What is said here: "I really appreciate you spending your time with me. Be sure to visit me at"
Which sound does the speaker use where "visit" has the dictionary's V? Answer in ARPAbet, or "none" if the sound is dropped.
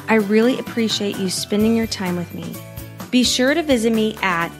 V